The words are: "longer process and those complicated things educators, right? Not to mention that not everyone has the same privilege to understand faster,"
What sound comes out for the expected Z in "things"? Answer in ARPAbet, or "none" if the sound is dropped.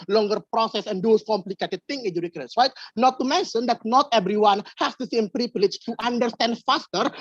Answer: none